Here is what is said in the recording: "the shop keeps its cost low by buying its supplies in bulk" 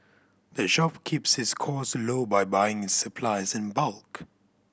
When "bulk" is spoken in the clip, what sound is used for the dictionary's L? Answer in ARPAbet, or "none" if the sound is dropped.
L